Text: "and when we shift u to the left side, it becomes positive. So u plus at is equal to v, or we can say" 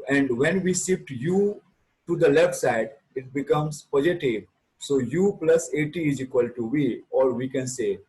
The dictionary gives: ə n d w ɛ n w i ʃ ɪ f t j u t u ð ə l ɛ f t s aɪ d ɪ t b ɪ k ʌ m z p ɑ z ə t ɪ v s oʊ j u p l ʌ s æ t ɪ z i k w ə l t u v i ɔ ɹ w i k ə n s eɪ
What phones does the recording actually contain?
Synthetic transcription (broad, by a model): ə n d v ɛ n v i s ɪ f t j u t u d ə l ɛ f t s aɪ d ɪ t b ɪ k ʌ m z p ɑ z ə t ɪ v s oʊ j u p l ʌ s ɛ t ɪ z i k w ə l t u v i ɔ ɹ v i k ə n s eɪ